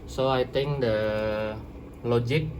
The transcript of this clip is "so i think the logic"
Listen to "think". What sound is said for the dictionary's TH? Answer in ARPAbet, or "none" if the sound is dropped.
T